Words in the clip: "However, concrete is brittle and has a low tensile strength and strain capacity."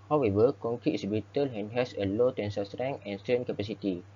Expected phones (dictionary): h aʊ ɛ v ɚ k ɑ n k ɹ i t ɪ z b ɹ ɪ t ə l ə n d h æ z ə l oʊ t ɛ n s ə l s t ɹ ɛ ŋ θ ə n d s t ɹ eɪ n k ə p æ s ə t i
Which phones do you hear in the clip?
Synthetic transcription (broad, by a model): h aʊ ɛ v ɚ k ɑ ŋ k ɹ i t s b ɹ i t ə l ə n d h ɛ s ə l oʊ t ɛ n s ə s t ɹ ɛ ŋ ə n s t eɪ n k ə p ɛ s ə t i